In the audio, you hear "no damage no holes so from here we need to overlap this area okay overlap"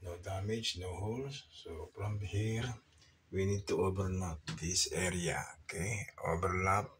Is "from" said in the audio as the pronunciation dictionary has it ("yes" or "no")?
no